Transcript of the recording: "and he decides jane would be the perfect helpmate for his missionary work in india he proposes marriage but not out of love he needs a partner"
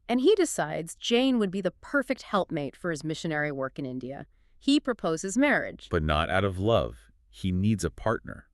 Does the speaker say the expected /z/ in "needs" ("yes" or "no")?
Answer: yes